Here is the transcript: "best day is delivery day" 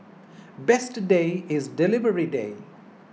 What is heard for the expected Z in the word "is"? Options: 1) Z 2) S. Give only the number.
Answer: 1